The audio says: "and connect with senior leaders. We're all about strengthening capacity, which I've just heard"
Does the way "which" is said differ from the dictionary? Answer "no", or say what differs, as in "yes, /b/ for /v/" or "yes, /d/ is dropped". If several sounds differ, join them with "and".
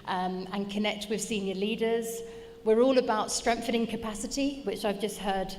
no